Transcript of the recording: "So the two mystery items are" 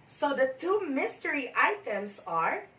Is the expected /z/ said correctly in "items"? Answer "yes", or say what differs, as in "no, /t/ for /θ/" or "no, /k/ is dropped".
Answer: no, /s/ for /z/